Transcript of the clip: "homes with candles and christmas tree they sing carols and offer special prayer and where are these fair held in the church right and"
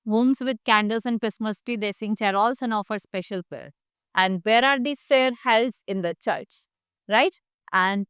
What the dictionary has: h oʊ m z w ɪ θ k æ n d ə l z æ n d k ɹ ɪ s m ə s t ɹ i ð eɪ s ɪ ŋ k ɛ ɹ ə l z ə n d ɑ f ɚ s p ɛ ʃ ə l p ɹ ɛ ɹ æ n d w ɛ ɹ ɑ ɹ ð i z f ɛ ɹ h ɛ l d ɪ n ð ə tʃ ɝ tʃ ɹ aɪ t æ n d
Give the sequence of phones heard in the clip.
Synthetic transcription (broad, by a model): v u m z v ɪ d k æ n d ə l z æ n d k ɹ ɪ s m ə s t i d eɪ s ɪ ŋ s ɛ ɹ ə l s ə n ɑ f ɚ s p ɛ ʃ ə l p ɹ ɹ æ n d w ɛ ɹ ɑ ɹ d i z f ɛ ɹ h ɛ l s ɪ n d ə tʃ ɝ tʃ ɹ aɪ t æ n d